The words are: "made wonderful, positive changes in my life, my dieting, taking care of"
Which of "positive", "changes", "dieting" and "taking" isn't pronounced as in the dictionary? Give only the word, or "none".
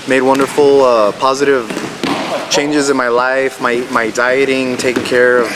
none